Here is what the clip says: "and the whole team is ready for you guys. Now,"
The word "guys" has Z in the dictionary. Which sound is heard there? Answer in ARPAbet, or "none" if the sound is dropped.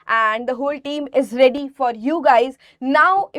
Z